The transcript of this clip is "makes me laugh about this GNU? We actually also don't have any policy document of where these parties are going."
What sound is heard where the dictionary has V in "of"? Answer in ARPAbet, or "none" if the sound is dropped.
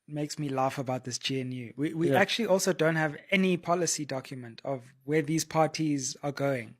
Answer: V